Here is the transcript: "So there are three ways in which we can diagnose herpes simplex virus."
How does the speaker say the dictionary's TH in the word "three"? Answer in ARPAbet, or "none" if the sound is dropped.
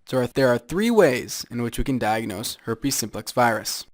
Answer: TH